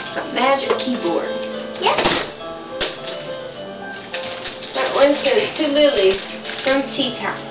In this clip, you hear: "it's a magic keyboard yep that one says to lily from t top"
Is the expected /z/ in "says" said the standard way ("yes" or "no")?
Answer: no